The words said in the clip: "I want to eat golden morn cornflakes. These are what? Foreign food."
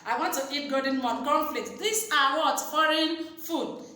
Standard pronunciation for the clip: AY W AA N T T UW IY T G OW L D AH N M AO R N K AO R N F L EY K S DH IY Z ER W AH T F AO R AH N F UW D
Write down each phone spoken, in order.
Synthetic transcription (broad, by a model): AY W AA N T T UW IY T G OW D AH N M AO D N K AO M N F L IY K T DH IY S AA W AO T F AO R AH N F UW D